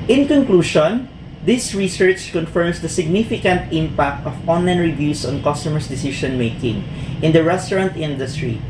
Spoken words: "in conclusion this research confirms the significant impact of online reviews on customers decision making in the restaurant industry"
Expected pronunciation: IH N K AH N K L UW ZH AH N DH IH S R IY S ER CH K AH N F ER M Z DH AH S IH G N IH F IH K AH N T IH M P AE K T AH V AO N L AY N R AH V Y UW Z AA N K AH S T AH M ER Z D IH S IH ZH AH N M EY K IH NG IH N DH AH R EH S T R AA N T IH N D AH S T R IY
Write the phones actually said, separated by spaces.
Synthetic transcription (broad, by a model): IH N K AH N K L UW SH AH N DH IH S R IY S ER CH K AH N F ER M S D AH S IH G N IH F IH K AH N T IH M P AE K T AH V AO N L AY N R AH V Y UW S AA N K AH S T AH M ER S D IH S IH SH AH N M EY K IH NG IH N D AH R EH S T R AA N T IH N D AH S T R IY